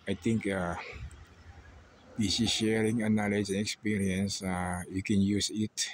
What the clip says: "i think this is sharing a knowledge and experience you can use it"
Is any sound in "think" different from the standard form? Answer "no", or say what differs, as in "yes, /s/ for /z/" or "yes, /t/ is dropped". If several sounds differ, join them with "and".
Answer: yes, /t/ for /θ/